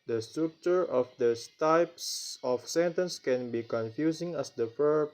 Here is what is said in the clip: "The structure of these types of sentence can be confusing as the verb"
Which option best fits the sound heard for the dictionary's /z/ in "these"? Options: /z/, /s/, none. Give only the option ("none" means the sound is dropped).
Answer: none